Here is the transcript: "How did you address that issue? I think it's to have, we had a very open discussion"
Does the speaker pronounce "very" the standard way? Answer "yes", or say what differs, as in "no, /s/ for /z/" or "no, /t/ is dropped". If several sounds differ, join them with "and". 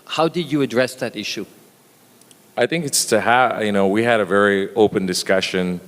yes